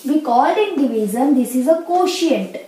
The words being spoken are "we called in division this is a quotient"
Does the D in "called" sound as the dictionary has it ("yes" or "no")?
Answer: no